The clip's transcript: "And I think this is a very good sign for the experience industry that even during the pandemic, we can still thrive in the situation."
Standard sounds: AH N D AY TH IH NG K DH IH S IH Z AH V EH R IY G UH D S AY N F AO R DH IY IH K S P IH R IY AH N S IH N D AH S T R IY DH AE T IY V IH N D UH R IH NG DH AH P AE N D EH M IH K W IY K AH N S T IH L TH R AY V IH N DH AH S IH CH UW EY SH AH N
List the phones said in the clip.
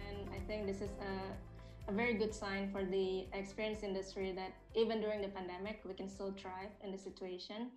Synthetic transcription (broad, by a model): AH N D AY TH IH NG K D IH S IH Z AH V EH R IY G UH D S AY N F AO R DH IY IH K S P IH R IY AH N S IH N D AH S T R IY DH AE T IY V IH N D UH R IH NG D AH P AE N D EH M IH K W IY K AH N S T IH L T R AY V IH N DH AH S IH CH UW EY SH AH N